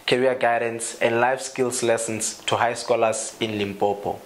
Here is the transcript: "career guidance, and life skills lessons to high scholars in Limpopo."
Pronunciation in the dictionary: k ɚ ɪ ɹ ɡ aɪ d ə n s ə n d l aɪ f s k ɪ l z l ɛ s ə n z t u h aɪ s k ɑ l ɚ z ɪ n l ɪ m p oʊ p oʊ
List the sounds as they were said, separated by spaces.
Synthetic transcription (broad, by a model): k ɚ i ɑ ɡ aɪ d ə n s ə n d l aɪ f s k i l s l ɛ s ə n s t u h aɪ s k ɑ l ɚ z ɪ n l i m p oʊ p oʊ